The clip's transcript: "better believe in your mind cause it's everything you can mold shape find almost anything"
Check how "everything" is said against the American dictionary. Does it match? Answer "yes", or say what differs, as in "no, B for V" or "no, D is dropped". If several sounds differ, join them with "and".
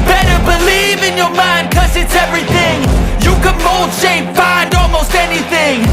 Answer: yes